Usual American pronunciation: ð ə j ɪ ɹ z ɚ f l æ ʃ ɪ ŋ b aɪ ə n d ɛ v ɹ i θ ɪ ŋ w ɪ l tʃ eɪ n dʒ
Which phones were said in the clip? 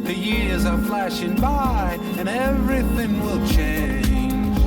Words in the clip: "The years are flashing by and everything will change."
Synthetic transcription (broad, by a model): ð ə j ɪ ɹ z ɚ f l æ ʃ ɪ ŋ b aɪ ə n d ɛ v ɹ i θ ɪ ŋ w ɪ l tʃ eɪ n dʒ